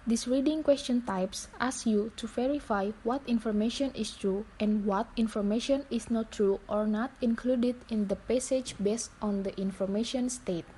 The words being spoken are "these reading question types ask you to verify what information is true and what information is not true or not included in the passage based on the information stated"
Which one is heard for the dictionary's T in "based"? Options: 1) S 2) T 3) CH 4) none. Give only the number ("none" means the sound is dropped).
2